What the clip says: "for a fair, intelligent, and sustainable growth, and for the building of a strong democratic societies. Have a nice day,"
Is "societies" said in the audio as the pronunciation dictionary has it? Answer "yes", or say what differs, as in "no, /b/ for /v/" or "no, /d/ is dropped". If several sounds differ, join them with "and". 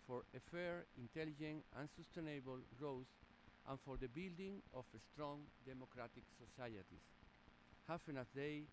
no, /s/ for /z/